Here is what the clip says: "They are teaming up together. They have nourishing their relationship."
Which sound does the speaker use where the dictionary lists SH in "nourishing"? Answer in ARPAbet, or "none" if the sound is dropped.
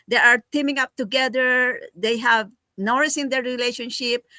S